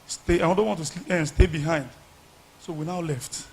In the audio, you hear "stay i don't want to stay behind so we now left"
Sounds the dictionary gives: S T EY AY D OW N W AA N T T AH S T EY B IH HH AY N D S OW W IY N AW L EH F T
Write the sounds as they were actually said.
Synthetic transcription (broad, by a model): S T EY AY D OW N W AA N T S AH S T EY B IH HH AY N D S OW W IY N AW L EH F T